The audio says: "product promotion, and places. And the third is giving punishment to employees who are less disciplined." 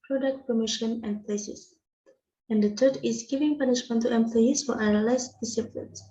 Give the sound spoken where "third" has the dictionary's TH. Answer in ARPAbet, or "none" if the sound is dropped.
T